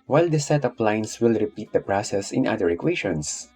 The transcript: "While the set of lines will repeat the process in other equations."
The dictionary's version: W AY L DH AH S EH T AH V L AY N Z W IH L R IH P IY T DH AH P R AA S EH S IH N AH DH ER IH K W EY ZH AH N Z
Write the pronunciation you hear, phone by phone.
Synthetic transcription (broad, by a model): W AY L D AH S EH T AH P L AY N S W IH L R IH P IY T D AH P R AA S EH S IH N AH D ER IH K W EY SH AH N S